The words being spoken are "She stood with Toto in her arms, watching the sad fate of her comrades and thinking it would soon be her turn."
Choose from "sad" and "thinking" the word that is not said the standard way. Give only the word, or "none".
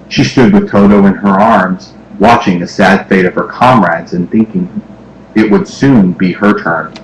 none